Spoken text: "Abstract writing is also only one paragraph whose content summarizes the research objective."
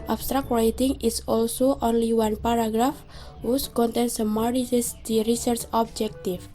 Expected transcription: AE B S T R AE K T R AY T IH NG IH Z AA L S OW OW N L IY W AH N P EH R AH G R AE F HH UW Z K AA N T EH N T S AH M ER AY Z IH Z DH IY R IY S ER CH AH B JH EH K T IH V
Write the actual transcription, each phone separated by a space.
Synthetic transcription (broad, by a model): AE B S T R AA K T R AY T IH NG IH S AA L S OW OW N L IY W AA N P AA R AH G R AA F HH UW S K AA N T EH N S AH M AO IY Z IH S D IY R IY S ER CH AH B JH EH K T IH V